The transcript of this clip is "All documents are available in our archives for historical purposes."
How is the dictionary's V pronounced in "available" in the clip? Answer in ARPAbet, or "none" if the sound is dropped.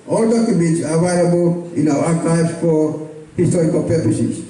none